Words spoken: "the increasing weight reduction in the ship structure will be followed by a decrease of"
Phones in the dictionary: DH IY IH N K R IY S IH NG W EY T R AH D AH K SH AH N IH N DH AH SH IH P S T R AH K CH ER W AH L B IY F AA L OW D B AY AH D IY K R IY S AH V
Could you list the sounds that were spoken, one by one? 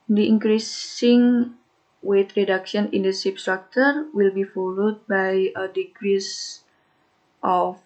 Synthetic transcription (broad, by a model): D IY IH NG K R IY S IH NG W EY T R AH D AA K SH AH N IH N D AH S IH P S T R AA K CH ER W AH L B IY F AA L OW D B AY AH D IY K R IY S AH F